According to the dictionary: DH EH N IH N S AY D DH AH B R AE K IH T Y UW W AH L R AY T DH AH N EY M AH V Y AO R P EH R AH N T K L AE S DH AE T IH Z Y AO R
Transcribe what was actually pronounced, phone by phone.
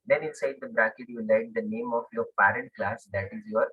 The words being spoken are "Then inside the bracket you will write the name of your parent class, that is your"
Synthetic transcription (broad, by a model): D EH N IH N S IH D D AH B R AE K IH T Y UW L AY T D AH N EY M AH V Y AO R P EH R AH N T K L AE S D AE T IH Z Y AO R